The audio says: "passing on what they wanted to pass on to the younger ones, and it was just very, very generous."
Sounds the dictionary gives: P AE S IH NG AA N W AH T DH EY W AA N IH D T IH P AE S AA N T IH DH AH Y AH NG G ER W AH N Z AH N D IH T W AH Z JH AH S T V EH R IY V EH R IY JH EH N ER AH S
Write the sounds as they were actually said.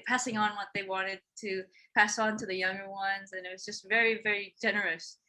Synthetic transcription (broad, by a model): P AE S IH NG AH N W AH T DH EY W AA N IH D T IH P AE S N T IH DH AH Y AH NG G ER W AH N Z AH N IH T W AH Z JH AH S T V EH R IY V EH R IY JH EH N ER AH S